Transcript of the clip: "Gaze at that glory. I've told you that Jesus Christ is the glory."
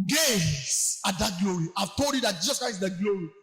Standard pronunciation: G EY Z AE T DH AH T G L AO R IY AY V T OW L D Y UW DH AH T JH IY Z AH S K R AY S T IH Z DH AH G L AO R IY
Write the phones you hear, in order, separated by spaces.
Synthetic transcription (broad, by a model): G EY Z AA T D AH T G L AO R IY AY V T OW L D Y UW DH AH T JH IY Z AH S K R AY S IH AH G L AO R IY